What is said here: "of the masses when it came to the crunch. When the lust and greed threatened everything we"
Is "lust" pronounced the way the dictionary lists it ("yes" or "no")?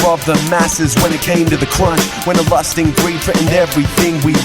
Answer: yes